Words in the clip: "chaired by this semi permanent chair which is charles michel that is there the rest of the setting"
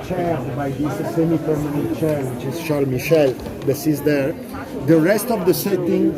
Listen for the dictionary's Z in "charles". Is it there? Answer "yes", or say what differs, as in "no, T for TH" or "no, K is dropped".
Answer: no, Z is dropped